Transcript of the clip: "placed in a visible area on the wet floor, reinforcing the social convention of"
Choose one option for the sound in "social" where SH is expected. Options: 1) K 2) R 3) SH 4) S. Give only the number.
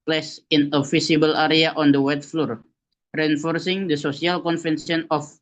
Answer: 4